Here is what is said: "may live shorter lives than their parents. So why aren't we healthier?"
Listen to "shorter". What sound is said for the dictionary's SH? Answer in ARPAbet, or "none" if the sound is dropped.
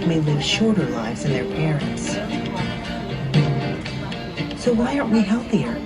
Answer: SH